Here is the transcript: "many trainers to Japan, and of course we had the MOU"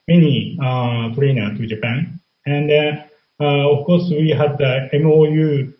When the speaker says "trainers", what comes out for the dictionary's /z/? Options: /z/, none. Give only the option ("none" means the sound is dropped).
none